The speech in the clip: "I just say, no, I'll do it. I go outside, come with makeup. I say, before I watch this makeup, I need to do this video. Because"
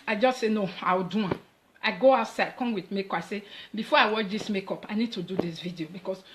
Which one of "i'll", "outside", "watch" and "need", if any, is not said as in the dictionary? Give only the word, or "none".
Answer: i'll